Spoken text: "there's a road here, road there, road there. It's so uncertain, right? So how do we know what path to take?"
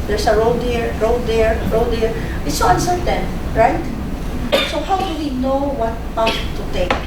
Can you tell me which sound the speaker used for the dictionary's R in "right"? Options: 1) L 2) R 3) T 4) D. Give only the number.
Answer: 2